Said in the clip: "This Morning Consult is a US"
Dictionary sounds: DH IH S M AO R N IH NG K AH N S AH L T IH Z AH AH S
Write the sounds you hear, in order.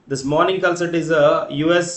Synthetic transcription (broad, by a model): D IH S M AO R N IH NG K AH L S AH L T IH Z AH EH S